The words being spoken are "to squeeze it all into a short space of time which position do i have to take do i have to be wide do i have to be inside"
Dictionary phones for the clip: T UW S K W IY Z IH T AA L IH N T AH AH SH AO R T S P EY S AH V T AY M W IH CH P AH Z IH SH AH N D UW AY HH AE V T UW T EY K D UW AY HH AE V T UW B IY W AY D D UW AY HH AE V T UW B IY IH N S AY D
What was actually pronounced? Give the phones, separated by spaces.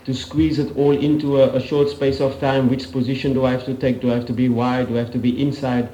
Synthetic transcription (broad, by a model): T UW S K W IY Z IH T AA L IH N T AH AH SH AO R T S P EY S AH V T AY M W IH CH P AH Z IH SH AH N D UW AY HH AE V T UW T EY K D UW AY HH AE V T UW B IY W AY D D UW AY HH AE F T UW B IY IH N S AY D